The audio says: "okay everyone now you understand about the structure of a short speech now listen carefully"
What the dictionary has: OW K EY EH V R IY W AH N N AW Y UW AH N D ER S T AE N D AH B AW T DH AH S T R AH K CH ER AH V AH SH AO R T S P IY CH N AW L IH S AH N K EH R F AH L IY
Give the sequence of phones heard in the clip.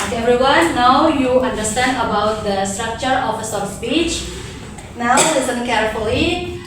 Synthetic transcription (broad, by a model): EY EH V R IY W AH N N AW Y UW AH N D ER S T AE N D AH B AW T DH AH S T R AH K CH ER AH F AH S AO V S P IY CH N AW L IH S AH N K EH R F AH L IY